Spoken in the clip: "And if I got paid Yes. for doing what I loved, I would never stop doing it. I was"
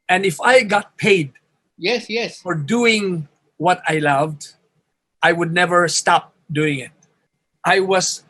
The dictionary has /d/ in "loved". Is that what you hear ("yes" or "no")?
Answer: yes